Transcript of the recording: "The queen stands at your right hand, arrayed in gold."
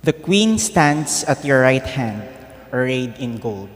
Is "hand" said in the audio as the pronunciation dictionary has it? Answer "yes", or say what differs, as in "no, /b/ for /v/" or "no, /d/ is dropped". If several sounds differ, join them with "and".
yes